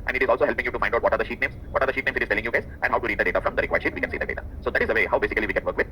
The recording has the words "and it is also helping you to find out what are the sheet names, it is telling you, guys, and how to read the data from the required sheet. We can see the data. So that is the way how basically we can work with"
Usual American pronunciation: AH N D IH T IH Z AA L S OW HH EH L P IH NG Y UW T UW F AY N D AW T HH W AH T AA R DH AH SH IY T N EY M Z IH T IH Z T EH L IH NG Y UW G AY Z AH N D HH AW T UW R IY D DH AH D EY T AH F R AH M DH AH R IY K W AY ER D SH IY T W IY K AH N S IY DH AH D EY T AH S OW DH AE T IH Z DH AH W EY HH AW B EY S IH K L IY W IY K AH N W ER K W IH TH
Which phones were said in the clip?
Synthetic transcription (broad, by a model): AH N D IH T IH Z AA L S OW HH EH L P IH NG Y UW T UW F AY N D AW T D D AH T AA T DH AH SH IY T N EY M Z IH T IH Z T EH L IH NG Y UW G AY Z AH N D HH AW T UW R IY D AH D EY T AH F R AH M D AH R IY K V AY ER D SH IY T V IY K AH N S IY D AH D EY T AH S OW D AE T IH Z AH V EY HH AW B EY S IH K L IY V IY K AH N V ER K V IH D